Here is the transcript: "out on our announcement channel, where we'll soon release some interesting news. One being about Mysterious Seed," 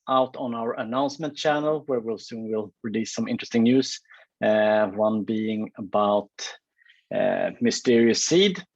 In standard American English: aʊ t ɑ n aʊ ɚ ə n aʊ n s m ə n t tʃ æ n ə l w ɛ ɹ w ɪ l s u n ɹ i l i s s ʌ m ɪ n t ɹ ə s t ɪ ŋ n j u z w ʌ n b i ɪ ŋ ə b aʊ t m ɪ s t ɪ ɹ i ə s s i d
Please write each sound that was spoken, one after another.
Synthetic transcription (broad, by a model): aʊ t n aʊ ɚ ə n aʊ n s m ə n t tʃ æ n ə l w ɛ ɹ w ɪ l s u n w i l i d s ʌ m ɪ n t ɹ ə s t ɪ ŋ n j u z w ʌ n b i ɪ ŋ ə b aʊ t m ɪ s t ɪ ɹ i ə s s i d